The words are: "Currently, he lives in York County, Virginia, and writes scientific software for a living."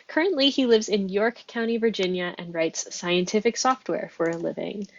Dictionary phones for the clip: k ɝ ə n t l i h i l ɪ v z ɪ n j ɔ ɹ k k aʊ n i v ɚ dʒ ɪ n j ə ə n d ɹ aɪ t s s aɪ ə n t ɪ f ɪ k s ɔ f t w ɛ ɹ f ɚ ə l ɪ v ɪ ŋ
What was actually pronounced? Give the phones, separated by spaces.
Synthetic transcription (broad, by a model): k ɝ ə n t l i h i l ɪ v z ɪ n j ɔ ɹ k k aʊ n i v ɚ dʒ ɪ n j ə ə n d ɹ aɪ t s s aɪ ə n t ɪ f ɪ k s ɔ f t w ɛ ɹ f ɚ ə l ɪ v ɪ ŋ